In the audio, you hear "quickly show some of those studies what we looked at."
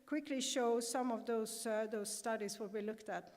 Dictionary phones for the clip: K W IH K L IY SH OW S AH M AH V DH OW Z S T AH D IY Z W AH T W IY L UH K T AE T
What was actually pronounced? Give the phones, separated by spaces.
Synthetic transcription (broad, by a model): K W IH K L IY SH OW S AH M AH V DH OW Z S T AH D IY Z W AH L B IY L UH K T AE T